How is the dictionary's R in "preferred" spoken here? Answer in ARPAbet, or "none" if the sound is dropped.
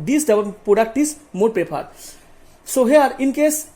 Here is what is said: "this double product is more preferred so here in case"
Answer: none